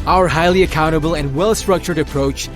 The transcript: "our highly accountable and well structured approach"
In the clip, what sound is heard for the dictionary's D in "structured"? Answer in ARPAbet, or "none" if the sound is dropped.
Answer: D